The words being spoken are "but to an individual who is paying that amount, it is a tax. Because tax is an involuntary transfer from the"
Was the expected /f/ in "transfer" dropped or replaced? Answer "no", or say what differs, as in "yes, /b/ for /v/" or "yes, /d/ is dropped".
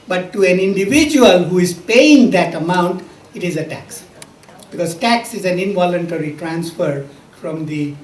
no